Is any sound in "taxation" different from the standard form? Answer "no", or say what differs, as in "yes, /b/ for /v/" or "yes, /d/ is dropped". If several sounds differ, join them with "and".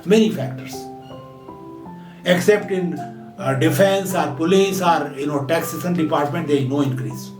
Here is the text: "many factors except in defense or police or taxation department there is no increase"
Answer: yes, /s/ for /ʃ/